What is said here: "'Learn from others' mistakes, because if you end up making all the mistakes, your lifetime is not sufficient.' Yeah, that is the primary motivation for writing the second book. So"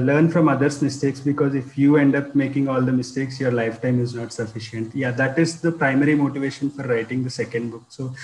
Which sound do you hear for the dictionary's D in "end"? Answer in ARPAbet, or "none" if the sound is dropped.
D